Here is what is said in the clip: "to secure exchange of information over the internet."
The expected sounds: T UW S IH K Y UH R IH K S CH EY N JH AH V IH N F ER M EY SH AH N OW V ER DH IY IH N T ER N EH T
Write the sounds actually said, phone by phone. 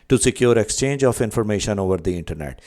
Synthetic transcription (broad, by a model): T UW S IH K Y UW R IH K S CH EY N JH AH F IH N F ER M EY SH AH N OW V ER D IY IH N T ER N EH T